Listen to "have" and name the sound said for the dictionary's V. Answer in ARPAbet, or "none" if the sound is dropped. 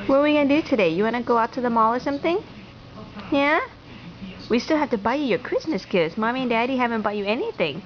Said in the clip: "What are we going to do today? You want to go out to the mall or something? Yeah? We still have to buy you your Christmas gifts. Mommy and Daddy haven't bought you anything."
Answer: F